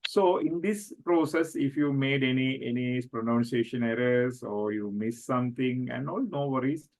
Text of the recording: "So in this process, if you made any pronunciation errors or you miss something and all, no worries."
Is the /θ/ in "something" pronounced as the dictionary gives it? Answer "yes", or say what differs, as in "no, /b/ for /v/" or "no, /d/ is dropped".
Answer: no, /t/ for /θ/